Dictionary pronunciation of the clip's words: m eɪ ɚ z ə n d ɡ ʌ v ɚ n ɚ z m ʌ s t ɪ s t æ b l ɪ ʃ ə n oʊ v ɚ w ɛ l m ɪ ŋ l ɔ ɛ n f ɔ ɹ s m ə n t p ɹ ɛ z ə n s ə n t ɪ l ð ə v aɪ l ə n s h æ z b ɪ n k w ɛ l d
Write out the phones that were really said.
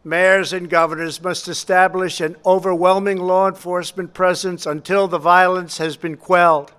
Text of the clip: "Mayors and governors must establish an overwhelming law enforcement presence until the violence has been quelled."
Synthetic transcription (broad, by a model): m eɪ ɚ z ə n ɡ ʌ v ɚ n ɚ z m ʌ s t ɪ s t æ b l ɪ ʃ ə n oʊ v ɚ w ɛ l m ɪ ŋ l ɔ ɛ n f ɔ ɹ s m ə n p ɹ ɛ z ə n s ə n t ɪ l ð ə v aɪ l ə n s h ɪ z b ɪ n k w ɛ l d